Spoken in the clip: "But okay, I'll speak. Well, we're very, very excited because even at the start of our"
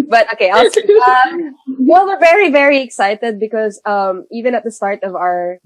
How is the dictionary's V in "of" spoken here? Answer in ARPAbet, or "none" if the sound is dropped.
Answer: V